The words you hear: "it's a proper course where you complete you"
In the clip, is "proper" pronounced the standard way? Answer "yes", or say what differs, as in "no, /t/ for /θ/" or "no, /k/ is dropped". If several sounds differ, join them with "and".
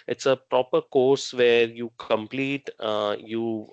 yes